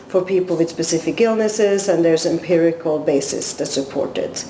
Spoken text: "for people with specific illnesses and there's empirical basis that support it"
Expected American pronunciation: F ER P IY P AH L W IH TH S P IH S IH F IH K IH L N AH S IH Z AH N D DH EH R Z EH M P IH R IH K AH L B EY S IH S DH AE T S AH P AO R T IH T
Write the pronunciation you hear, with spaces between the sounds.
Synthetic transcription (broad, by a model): F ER P IY P L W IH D S P IH S IH F IH K IH L N AH S IH Z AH N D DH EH R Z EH M P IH R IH K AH L B EY S IH S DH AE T S AH P AO R T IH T